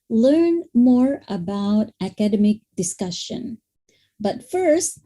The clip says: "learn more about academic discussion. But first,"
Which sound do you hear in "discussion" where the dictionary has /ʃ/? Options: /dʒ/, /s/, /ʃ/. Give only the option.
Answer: /ʃ/